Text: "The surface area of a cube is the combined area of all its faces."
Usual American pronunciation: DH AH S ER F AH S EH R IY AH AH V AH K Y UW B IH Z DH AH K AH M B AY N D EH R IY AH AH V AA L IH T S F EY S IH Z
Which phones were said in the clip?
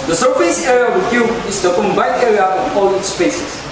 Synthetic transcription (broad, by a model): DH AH S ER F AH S EH R IY AH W AH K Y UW IH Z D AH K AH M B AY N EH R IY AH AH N AA L IH T S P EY S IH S